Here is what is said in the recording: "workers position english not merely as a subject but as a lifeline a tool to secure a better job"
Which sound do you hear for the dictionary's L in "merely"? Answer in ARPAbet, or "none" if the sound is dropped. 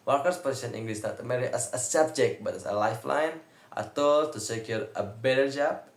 none